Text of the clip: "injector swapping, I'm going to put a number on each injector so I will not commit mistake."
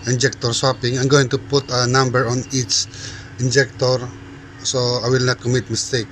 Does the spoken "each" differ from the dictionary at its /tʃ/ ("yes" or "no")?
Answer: yes